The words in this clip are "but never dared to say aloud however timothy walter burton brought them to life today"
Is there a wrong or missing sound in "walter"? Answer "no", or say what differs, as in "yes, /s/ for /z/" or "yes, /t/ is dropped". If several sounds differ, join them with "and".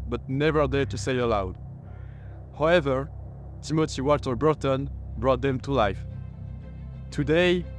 yes, /l/ is dropped